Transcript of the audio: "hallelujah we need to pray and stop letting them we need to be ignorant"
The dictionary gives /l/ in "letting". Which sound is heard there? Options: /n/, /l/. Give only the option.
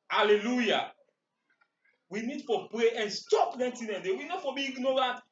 /n/